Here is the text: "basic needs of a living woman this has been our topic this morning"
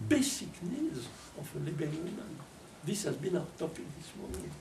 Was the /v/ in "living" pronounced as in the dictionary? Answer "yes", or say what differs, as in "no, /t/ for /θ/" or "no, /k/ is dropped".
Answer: no, /b/ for /v/